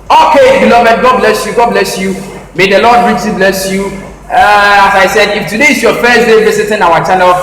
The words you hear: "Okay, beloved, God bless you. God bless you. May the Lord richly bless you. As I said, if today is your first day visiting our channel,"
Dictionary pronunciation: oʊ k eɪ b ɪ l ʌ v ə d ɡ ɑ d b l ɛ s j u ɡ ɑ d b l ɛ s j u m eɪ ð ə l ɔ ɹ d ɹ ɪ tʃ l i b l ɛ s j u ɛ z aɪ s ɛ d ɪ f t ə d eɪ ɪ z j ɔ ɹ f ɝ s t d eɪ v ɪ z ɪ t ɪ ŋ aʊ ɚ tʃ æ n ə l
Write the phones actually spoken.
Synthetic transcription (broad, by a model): oʊ k eɪ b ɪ l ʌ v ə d ɡ ɑ d b l ɛ s j u ɡ ɑ d b l ɛ s j u m eɪ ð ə l ɔ d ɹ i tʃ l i b l ɛ s j u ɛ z aɪ s ɛ d ɪ f t ə d eɪ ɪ s j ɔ f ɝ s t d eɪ b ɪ s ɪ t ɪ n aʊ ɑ tʃ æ n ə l